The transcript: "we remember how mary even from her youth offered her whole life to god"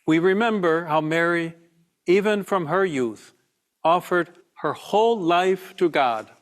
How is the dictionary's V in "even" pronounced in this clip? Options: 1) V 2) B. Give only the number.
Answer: 1